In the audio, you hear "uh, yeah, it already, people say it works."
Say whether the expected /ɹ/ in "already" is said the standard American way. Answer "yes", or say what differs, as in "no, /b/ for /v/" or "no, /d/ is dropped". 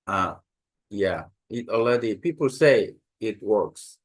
no, /l/ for /ɹ/